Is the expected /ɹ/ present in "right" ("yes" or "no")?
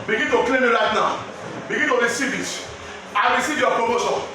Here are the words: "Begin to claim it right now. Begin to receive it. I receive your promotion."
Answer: no